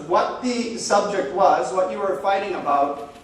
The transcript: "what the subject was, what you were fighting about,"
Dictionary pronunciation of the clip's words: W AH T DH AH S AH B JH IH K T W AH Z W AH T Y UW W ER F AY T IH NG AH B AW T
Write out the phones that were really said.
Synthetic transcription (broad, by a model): W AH T DH AH S AH B JH IH K T W AH Z W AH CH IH W ER F AY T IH NG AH B AW T